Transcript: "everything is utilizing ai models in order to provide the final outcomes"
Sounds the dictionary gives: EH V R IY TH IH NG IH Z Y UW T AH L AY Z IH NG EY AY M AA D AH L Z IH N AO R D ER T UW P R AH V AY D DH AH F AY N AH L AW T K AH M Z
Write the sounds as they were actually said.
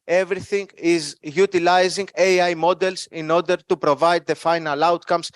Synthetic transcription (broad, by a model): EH V R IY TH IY NG IH Z Y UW T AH L AY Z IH NG EY AY M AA D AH L S IH N AO R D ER T UW P R AH V AY D DH AH F AY N AH L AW T K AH M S